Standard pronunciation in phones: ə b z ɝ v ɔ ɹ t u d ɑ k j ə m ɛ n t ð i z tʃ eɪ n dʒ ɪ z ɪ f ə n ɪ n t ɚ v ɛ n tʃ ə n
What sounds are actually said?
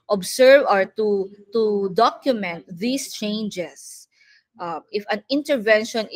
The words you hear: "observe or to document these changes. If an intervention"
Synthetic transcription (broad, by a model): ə b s ɝ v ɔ ɹ t u d ɑ k j ə m ɛ n t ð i s tʃ eɪ n dʒ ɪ s ɪ f ə n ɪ n t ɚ v ɛ n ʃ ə n